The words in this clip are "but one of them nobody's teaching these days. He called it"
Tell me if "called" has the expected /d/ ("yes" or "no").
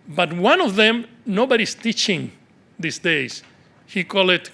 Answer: no